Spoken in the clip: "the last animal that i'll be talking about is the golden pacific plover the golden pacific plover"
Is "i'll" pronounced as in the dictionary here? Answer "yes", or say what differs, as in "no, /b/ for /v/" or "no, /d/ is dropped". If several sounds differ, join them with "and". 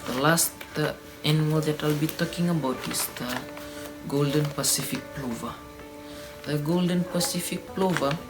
yes